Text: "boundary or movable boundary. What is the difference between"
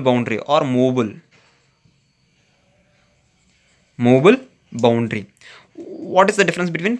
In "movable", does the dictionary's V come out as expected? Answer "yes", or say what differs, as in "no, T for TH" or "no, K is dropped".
no, B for V